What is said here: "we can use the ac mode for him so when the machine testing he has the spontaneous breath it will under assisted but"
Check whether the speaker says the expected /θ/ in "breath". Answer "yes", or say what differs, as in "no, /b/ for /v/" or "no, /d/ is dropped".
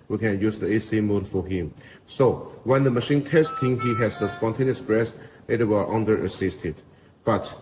no, /s/ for /θ/